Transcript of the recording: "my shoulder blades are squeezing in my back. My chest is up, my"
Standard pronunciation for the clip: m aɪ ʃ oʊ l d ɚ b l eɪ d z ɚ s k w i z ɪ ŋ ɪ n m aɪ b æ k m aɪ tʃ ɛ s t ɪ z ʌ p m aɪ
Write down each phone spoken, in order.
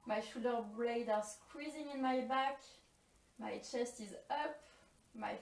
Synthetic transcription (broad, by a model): m aɪ ʃ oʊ d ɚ b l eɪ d ɚ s k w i z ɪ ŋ ɪ n m aɪ b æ k m aɪ tʃ ɛ s t ɪ z ʌ p m aɪ